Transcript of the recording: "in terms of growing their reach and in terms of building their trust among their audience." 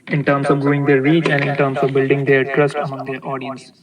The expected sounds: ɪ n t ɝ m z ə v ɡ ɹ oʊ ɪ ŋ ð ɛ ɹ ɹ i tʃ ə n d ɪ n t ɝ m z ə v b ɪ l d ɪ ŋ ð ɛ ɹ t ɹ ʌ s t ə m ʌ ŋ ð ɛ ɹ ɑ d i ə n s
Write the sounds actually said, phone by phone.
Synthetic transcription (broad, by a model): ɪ n t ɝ m s ə v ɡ u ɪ ŋ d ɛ ɹ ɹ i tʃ ə n d ɪ n t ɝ m s ə v b ɪ l d ɪ ŋ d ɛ ɹ t ɹ ʌ s t ə m ʌ ŋ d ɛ ɹ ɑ d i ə n s